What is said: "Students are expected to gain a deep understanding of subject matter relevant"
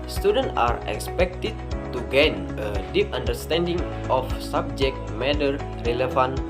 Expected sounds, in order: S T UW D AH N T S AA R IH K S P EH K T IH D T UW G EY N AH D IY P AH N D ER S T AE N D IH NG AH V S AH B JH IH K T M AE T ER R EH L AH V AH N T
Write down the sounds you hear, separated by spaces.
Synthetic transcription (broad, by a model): S T UW D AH N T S AA R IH K S P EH K T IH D T UW G EY N AH D IY P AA N D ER S T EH N D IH NG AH F S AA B JH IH K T M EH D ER R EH L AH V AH N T